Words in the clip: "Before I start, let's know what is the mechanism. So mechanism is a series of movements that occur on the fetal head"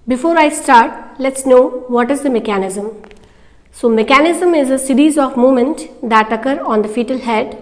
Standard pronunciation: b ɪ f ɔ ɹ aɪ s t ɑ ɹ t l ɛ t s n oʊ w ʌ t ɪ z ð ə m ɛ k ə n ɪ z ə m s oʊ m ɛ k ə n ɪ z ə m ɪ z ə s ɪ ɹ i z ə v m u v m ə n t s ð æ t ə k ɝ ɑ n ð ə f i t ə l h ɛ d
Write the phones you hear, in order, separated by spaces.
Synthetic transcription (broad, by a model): b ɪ f ɔ ɹ aɪ s t ɑ ɹ t l ɛ t s n oʊ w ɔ t ɪ z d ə m ɛ k ə n ɪ z ə m s oʊ m ɛ k ə n ɪ z ə m ɪ z ə s ɪ ɹ i z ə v m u m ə n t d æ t ə k ɝ ɑ n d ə f i t ə l h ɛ d